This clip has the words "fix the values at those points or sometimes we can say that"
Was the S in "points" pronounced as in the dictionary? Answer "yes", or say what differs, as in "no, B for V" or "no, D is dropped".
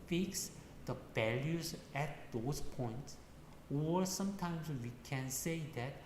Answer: yes